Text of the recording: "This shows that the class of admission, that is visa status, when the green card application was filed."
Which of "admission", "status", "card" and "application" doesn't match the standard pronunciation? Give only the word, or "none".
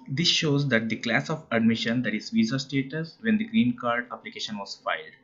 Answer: none